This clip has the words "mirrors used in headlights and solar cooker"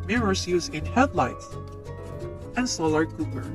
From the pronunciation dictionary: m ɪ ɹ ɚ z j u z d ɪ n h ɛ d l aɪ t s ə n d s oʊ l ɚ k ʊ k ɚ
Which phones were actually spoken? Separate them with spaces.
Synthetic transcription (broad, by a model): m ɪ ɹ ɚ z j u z ɪ n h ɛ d l aɪ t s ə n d s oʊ l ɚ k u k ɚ